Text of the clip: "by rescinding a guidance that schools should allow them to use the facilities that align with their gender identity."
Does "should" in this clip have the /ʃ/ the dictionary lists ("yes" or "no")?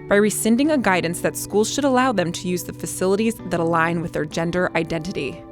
yes